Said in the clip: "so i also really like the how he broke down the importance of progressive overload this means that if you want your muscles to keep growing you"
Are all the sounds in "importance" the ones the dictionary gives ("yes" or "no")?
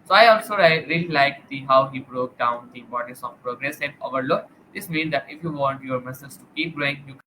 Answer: no